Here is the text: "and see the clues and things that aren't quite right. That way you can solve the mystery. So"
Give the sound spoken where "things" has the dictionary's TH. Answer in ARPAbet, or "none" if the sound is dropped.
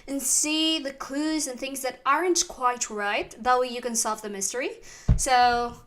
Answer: TH